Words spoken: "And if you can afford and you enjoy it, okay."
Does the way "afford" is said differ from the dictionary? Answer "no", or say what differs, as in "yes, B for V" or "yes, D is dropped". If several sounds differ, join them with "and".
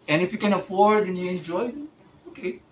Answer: no